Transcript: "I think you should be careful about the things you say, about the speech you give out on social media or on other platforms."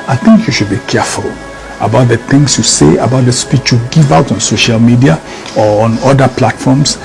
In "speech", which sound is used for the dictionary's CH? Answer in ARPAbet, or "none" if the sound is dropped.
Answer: CH